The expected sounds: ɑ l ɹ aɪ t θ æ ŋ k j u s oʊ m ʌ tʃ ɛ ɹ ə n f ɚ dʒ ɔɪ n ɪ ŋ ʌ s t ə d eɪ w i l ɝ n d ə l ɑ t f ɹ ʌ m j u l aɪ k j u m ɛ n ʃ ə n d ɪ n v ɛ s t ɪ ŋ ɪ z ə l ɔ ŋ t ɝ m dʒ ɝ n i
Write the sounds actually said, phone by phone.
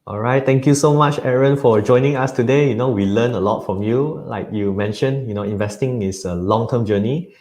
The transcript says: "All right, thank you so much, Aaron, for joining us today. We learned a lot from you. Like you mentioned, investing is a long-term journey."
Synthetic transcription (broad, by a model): ɑ l ɹ aɪ t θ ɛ ŋ k j u s oʊ m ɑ tʃ ɛ ɹ ə n f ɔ dʒ ɔɪ n ɪ ŋ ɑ s t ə d eɪ w i l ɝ n ə l ɑ t f ɹ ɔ m j u l aɪ k j u m ɛ n ʃ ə n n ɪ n v ɛ s t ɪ ŋ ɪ s ə l ɔ ŋ t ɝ m dʒ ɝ n i